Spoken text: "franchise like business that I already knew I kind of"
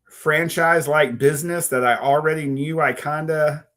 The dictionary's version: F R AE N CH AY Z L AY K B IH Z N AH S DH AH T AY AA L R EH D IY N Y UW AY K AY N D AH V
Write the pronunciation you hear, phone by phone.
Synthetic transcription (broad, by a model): F R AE N CH AY Z L AY K B IH Z N AH S DH AH T AY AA L R EH D IY N Y UW AY K AY N D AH